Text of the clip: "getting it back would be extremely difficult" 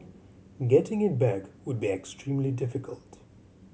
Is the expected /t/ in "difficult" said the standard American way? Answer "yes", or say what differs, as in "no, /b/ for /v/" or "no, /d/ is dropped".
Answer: yes